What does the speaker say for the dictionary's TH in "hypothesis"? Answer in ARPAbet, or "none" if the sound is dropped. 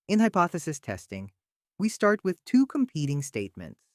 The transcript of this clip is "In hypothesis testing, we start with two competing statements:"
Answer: TH